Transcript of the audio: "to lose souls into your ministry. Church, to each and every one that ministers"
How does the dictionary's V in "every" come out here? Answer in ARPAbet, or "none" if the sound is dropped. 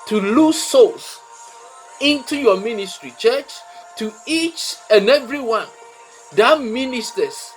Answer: V